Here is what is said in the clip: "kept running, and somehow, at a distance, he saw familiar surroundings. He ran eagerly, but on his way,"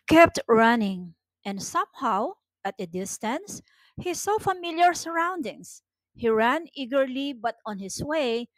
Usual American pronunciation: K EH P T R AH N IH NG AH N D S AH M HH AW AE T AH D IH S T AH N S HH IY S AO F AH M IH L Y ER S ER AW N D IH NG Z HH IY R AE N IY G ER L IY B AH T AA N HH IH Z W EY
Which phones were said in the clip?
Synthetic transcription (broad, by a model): K EH P T R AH N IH NG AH N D S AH M HH AW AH T AH D IH S T AH N S HH IY S AO F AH M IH L Y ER S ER AW N D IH NG S HH IY R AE N IY G ER L IY B AH T AA N HH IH S W EY